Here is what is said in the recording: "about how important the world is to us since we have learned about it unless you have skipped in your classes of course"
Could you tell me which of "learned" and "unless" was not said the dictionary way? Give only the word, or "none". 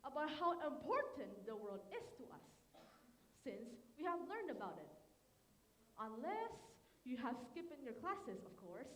none